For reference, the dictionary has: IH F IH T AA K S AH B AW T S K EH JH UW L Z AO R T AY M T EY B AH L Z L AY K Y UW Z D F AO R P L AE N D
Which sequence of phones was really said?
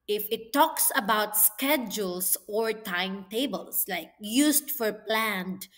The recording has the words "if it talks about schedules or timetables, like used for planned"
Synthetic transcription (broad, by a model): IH F IH T AA K S AH B AW T S K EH JH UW L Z AO R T AY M T EY B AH L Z L AY K Y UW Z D F AO R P L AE N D